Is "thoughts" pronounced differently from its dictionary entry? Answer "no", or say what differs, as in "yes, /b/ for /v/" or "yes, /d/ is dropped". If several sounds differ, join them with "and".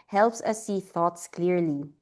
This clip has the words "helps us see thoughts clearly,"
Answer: no